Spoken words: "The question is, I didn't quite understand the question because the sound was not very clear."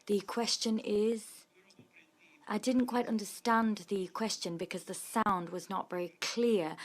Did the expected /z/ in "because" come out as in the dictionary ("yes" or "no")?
yes